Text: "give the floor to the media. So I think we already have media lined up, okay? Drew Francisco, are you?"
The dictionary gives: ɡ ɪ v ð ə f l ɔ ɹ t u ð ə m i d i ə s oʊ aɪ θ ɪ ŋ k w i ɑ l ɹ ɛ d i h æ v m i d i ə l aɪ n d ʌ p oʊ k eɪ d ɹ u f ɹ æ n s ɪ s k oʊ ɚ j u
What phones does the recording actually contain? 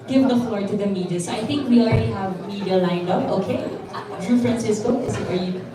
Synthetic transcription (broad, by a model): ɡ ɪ v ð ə f l ɔ ɹ t u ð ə m i d i ə s oʊ aɪ θ ɪ ŋ k w i ɑ l ɹ ɛ d i h æ v m i d i ə l aɪ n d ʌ oʊ k eɪ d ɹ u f ɹ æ n s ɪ s k oʊ ɚ j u